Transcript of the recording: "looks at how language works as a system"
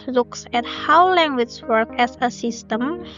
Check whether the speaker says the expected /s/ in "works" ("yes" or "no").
no